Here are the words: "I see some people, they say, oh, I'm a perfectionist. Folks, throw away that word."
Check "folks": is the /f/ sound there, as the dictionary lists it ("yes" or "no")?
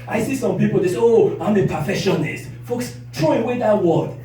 yes